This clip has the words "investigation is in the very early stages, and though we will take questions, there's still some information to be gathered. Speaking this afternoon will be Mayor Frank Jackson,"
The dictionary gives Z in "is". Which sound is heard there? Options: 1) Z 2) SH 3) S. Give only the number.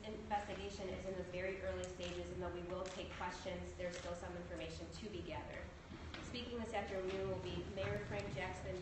1